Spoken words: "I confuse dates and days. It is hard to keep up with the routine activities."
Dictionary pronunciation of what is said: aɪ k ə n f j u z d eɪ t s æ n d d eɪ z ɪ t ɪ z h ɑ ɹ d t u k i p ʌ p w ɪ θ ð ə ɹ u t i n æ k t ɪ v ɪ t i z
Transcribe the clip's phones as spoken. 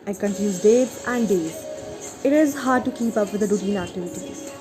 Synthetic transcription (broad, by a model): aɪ k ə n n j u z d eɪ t æ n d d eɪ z ɪ t ɪ z h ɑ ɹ d t u k i p ʌ p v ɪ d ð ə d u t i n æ k t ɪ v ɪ t i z